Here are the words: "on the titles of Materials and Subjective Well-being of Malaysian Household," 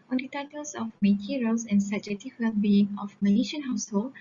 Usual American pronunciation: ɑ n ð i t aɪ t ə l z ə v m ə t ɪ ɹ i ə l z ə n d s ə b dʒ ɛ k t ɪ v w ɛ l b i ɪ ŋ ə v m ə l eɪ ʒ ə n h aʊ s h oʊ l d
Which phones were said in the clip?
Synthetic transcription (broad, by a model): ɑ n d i t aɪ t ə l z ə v m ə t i ɹ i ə l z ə n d s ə dʒ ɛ t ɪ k w ɛ l b i ɪ ŋ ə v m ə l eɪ ʃ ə n h aʊ s h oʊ l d